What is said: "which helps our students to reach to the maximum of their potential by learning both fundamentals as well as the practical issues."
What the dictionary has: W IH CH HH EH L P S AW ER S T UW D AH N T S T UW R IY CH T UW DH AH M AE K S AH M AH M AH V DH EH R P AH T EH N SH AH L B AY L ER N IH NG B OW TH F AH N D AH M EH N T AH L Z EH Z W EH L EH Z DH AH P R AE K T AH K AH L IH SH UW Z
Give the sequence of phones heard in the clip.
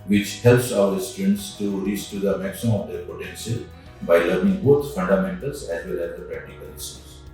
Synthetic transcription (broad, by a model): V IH CH HH EH L P S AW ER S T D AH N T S T UW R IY S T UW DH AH M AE K S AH M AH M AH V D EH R P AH T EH N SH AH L B AY L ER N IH NG B OW T F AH N D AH M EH N T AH L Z EH Z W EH L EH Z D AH P R AE K T AH K AH L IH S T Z